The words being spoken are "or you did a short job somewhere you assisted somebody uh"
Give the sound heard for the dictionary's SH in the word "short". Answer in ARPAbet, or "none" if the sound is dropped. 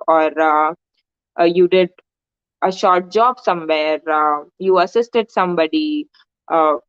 SH